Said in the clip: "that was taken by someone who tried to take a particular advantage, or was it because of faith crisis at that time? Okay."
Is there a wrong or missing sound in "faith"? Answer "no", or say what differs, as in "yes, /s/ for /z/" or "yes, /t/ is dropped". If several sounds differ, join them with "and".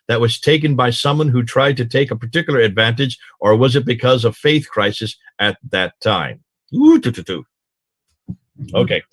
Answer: no